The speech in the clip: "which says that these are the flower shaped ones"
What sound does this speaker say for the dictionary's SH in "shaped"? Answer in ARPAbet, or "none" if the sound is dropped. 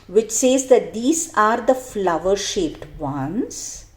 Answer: SH